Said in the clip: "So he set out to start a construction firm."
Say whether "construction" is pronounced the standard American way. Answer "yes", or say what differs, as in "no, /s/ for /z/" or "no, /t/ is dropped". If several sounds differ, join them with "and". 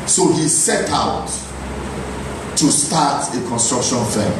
yes